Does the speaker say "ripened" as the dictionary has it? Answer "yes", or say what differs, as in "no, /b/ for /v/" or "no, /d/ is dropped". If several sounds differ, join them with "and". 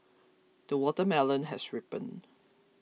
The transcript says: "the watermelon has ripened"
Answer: no, /d/ is dropped